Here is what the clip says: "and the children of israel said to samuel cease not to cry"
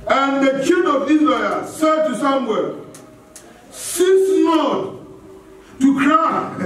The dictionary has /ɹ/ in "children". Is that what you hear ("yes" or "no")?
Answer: no